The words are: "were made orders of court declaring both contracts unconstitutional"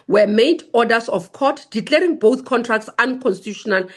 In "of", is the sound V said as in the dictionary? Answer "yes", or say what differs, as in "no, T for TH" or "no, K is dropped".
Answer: no, F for V